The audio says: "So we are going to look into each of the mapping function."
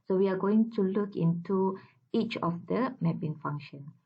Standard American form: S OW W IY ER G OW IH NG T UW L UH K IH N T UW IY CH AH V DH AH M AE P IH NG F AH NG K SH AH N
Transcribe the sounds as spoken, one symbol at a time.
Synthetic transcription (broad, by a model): S OW W IY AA G OW IH NG T UW L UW K IH N T UW IY CH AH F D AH M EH B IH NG F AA NG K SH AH N